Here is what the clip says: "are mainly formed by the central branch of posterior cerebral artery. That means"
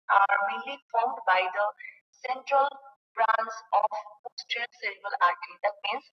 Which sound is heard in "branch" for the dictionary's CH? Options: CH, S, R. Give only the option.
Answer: S